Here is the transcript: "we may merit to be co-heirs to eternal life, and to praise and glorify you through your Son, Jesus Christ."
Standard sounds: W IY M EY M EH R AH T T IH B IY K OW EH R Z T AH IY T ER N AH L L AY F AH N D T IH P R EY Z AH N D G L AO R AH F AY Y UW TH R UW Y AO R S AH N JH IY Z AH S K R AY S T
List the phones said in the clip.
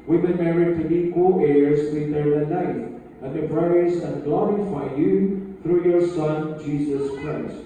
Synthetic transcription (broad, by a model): W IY M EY M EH R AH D T IH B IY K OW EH R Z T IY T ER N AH N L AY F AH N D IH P R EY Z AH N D G L AO R AH F AY Y UW TH R UW Y AO R S AH N JH IY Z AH S K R AY S T